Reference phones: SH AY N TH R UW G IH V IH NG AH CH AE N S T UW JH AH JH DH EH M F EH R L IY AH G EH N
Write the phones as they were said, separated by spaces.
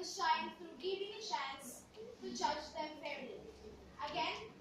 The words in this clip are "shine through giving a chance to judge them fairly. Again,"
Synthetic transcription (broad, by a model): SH AY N T R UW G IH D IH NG AH SH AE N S T UW JH AH JH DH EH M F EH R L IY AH G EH N